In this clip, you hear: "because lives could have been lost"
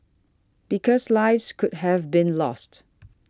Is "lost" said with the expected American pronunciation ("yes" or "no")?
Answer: yes